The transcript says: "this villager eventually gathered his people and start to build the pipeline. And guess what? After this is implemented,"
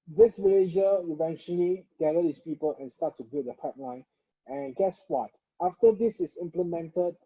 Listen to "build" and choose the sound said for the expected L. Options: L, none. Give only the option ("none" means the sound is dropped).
none